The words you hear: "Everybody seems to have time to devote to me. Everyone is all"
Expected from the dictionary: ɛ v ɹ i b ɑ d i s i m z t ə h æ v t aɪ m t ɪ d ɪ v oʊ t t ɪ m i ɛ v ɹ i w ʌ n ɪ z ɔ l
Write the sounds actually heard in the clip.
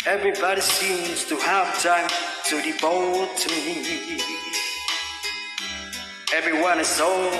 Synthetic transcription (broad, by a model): ɛ v ɹ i b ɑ d i s i m z t ə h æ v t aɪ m t ɪ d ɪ b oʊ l t ɪ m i ɛ v ɹ i w ʌ n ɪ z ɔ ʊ